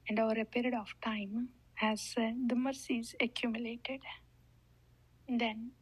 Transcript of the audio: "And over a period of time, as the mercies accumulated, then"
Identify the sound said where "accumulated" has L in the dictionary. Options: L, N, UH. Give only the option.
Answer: L